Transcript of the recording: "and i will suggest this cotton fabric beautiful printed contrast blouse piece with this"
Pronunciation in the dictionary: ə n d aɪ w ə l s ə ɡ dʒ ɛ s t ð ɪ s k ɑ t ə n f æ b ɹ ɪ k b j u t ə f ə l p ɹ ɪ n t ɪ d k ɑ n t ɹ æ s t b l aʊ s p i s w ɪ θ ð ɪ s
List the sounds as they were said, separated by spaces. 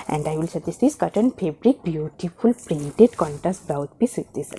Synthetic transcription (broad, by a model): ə n d aɪ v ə l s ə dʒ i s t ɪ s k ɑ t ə n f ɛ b ɹ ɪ k b j u t ə f ə l p ɹ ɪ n t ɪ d k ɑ n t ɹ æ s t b aʊ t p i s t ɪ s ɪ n